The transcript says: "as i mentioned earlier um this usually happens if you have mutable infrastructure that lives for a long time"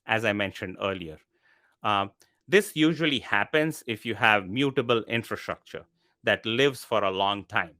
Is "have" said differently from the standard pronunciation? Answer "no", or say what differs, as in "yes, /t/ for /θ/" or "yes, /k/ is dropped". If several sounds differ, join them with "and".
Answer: no